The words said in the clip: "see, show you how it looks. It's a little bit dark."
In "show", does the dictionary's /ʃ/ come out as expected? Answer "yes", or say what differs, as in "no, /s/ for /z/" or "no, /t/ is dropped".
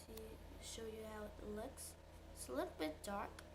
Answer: yes